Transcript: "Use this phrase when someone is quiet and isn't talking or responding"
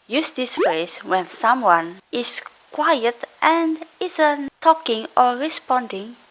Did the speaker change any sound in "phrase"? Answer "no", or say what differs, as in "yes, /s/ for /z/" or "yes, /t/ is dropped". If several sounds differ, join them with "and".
yes, /ɹ/ is dropped and /s/ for /z/